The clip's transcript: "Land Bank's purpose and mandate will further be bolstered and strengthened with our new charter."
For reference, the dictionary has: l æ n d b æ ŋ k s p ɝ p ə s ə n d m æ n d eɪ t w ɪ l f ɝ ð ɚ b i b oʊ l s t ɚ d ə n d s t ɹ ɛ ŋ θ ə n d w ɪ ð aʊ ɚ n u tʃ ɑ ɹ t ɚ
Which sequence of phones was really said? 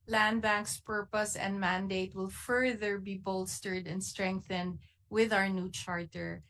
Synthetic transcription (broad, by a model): l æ n d b æ ŋ k s p ɝ p ə s ə n d m æ n d eɪ t w ɪ l f ɝ ð ɚ b i b oʊ l s t ɚ d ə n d s t ɹ ɛ ŋ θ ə n d w ɪ ð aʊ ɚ n u tʃ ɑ ɹ t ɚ